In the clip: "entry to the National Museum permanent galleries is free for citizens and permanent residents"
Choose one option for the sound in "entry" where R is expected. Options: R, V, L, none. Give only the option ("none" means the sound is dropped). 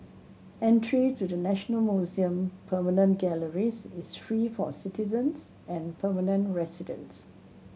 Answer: R